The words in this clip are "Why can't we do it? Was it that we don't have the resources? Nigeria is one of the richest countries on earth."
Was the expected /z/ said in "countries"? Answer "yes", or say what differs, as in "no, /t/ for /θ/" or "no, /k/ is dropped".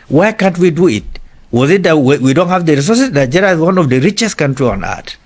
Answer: no, /z/ is dropped